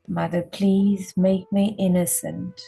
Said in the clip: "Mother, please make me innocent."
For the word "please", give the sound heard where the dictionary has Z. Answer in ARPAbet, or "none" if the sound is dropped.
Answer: Z